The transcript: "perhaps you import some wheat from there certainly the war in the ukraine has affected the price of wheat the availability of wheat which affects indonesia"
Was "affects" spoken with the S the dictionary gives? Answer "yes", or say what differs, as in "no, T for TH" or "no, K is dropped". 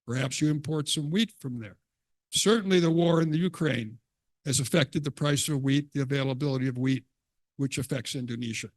yes